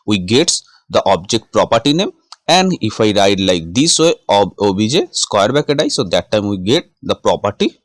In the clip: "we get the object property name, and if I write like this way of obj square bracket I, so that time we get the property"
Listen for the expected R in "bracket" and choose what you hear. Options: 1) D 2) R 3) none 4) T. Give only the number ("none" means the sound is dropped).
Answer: 3